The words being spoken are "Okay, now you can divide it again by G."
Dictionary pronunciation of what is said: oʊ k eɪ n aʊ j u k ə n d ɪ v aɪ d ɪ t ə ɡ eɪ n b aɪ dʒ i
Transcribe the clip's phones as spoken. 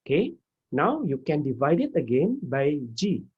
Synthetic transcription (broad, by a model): k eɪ n aʊ j u k ə n d ɪ v aɪ d ɪ t ə ɡ eɪ n b aɪ dʒ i